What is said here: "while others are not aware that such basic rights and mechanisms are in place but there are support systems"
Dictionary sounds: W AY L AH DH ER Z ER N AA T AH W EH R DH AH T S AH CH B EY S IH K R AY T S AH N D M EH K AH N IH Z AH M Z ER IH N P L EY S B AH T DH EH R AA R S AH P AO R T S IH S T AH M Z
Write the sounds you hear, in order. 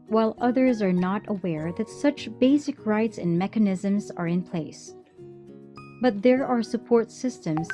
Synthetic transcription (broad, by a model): W AY L AH DH ER Z ER N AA T AH W EH R DH AH T S AH CH B EY S IH K R AY T S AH N M EH K AH N IH Z AH M Z ER IH N P L EY S B AH T DH EH R AA R S AH P AO R T S IH S T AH M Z